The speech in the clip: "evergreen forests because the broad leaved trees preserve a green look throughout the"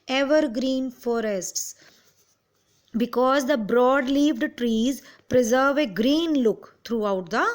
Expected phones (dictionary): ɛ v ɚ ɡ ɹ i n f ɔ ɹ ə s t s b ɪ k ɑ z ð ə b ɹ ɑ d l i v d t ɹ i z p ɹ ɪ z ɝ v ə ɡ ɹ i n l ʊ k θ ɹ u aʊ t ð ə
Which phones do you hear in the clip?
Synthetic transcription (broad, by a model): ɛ v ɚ ɡ ɹ i n f ɔ ɹ ə s t s b ɪ k ɑ z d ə b ɹ ɑ d l i v d t ɹ i z p ɹ ɪ z ɝ v ə ɡ ɹ i n l ʊ k t ɹ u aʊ t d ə